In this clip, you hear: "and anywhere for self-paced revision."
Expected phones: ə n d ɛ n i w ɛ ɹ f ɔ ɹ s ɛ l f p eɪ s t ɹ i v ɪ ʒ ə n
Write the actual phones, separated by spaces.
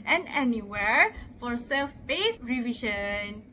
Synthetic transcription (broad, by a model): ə n ɛ n i w ɛ ɹ f ɔ ɹ s ɛ l f b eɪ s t ɹ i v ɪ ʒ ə n